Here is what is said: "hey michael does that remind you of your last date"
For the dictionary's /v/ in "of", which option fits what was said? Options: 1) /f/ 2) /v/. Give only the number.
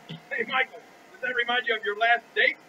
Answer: 2